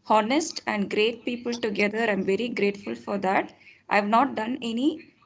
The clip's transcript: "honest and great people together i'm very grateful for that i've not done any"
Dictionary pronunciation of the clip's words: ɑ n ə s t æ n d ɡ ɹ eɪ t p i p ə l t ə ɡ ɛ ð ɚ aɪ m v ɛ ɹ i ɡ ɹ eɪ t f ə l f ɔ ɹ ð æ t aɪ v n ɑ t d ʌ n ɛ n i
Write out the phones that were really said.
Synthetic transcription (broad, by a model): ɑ n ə s t æ n d ɡ ɹ eɪ t p i p ə l t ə ɡ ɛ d ɚ aɪ m v ɛ ɹ i ɡ ɹ eɪ t f ə l f ɔ ɹ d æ t aɪ v n ɑ t d ʌ n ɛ n i